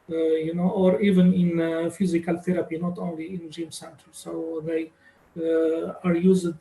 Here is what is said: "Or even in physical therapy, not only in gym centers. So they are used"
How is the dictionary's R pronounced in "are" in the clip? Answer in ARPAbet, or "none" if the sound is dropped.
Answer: R